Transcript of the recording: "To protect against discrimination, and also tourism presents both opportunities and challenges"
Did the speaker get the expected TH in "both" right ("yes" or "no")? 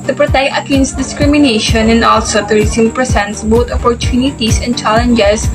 no